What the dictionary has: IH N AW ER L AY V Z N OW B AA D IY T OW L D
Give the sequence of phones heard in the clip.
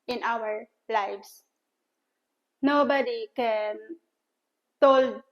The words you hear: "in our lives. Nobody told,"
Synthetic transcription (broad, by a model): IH N AW ER L AY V S N OW B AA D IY T OW L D